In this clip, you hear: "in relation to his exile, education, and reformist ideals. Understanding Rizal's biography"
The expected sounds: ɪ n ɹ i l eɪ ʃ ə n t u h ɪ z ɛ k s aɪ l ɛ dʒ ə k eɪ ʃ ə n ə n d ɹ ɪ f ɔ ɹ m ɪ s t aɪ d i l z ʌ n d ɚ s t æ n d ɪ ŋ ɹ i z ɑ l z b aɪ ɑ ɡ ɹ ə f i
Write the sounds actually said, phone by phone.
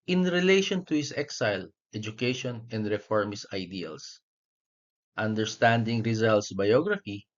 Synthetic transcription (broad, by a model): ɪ n ɹ i l eɪ ʃ ə n t u h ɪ s ɛ k s aɪ l ɛ dʒ ə k eɪ ʃ ə n ə n d ɹ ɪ f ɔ ɹ m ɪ s aɪ d i l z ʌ n d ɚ s t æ n d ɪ ŋ ɹ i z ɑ l s b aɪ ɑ ɡ ɹ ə f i